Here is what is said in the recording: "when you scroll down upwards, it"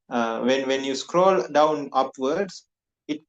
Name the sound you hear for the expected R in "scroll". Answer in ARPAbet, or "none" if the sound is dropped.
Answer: R